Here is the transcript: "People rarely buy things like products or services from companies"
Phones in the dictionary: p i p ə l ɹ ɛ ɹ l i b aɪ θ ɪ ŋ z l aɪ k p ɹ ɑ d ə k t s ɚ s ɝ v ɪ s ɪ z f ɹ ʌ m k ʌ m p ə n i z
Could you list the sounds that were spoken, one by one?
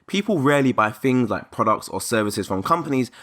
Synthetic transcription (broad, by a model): p i p ə l ɹ ɛ l i b aɪ θ ɪ ŋ z l aɪ k p ɹ ɑ d ə k t s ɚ s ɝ v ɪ s ɪ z f ɹ ʌ m k ʌ m p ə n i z